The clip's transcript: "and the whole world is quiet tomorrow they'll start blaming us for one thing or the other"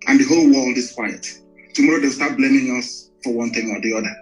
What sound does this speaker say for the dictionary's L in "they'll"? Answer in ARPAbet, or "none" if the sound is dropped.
W